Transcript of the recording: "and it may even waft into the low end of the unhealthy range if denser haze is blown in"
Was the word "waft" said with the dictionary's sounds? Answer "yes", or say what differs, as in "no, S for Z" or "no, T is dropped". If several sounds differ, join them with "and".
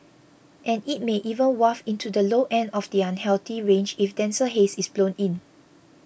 no, T is dropped